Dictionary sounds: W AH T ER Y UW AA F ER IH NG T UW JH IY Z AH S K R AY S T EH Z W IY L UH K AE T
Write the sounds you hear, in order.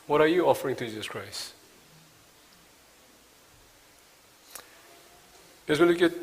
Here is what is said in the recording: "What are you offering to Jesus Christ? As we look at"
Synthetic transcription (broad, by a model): W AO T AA Y UW AA F ER IH NG T UW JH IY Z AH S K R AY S EH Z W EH N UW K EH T